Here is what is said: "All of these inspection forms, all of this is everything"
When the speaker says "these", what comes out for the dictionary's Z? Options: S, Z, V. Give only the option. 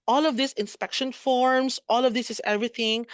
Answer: S